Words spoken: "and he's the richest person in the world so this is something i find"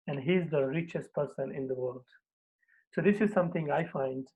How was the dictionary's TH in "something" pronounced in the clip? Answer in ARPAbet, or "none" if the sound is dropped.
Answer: T